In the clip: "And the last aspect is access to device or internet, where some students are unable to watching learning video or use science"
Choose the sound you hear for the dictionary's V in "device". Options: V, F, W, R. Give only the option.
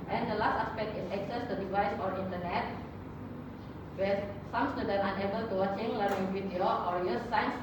V